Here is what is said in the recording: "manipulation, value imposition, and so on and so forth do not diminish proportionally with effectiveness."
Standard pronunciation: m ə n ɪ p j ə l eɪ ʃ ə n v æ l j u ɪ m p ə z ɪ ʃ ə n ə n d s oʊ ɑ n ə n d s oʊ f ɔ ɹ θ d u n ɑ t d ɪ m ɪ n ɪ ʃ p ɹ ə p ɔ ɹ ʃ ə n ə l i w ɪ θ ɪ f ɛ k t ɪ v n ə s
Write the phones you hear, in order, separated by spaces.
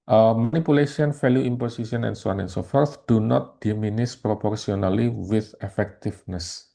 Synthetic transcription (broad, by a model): m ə n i p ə l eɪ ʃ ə n f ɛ l j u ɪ m p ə s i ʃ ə n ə n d s oʊ ɑ n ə n s oʊ f ɔ ɹ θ d u n ɑ t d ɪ m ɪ n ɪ s p ɹ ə p ɔ ɹ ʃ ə n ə l i w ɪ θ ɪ f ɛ k t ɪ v n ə s